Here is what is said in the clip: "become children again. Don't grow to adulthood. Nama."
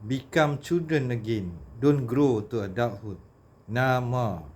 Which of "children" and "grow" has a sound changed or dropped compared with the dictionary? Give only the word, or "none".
children